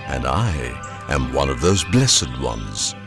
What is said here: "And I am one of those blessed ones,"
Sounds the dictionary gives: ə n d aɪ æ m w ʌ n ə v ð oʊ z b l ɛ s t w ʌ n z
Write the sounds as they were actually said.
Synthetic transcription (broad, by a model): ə n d aɪ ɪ m w ʌ n ə v ð oʊ z b l ɛ s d w ʌ n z